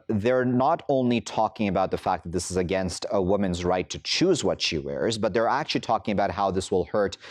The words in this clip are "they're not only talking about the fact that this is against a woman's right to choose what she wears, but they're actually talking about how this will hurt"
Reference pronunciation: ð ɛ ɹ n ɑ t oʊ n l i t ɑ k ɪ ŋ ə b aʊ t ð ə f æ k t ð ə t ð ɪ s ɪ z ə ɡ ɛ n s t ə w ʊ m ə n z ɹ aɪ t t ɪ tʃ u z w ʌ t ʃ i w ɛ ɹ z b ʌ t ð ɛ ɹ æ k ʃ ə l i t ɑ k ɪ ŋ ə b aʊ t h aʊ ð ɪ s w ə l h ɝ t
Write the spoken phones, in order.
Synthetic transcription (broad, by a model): ð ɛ ɹ n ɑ t oʊ n l i t ɑ k ɪ ŋ ə b aʊ t ð ə f æ k ð ə t ð ɪ s ɪ z ə ɡ ɛ n s t ə w ʊ m ə n z ɹ aɪ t t ɪ tʃ u z w ʌ t ʃ i w ɛ ɹ z b ʌ t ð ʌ ɹ æ k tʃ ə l i t ɑ k ɪ ŋ ə b aʊ t h aʊ ð ɪ s w ə l h ɝ t